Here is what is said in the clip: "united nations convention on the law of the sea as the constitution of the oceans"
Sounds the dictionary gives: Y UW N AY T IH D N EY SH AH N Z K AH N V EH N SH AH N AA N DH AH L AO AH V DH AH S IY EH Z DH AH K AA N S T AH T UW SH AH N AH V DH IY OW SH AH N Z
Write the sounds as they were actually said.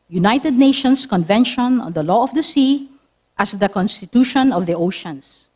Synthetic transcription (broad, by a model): Y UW N AY T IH D N EY SH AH N S K AH N V EH N SH AH N AA N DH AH L AO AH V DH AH S IY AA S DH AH K AA N S T AH T UW SH AH N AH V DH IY OW SH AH N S